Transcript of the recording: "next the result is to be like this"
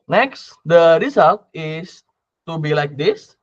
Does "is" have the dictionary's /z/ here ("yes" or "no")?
no